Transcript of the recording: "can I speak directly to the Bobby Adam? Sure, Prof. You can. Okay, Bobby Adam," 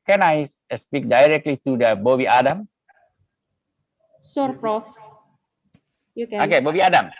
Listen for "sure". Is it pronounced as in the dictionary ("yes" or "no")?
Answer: no